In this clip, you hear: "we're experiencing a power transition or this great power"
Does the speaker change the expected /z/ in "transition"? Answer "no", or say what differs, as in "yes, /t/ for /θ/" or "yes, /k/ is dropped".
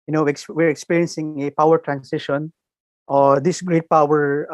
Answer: yes, /s/ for /z/